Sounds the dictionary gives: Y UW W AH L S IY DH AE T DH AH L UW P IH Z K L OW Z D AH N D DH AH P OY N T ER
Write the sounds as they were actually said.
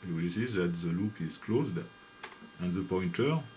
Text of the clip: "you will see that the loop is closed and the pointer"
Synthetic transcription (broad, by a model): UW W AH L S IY DH AE T DH AH L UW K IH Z K L OW Z D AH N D DH AH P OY N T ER